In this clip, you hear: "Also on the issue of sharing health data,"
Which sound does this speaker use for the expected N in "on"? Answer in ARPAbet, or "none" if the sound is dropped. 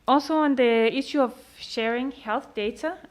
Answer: N